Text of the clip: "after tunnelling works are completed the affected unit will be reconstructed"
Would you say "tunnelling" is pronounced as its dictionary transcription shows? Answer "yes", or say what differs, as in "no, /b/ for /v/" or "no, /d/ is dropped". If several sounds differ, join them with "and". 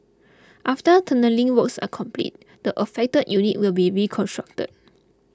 yes